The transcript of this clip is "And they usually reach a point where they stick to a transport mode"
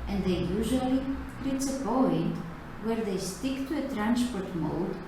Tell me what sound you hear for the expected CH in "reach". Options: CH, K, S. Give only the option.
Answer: S